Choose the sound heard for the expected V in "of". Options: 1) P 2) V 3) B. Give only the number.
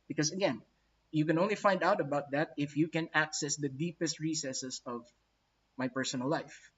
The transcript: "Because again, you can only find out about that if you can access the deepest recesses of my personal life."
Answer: 2